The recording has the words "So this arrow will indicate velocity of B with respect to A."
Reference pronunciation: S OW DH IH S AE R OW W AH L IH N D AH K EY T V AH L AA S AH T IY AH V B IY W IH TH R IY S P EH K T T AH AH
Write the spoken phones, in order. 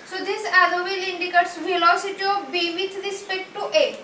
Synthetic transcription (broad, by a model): S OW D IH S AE L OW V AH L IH N D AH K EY T V AH L AA S AH T IY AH B IY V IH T R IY S P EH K T T AH